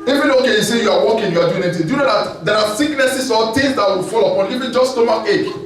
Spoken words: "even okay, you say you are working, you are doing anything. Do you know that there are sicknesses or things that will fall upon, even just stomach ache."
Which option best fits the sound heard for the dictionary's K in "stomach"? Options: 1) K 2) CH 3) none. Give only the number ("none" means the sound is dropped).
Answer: 3